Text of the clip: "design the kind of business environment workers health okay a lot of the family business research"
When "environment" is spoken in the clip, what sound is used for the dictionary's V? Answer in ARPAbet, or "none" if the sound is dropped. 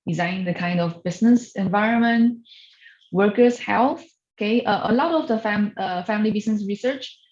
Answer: V